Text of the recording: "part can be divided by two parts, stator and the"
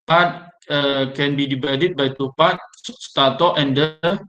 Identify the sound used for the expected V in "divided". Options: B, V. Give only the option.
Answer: B